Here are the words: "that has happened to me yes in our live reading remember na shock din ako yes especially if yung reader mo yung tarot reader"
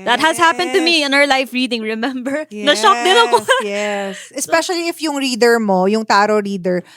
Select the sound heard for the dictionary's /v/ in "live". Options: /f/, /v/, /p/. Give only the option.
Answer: /f/